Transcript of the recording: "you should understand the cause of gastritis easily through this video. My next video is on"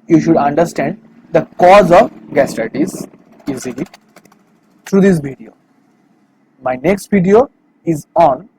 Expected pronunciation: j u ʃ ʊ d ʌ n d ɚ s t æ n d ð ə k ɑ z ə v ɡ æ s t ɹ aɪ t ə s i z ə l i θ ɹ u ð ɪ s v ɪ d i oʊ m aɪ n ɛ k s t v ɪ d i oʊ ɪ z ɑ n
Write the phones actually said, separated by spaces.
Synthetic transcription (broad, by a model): j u ʃ ʊ d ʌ n d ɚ s t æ n d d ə k ɑ z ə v ɡ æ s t aɪ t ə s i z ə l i t ɹ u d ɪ s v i d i oʊ m aɪ n ɛ k s t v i d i oʊ ɪ z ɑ n